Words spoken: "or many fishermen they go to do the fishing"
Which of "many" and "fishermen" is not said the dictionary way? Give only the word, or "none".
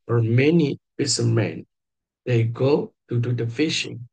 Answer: fishermen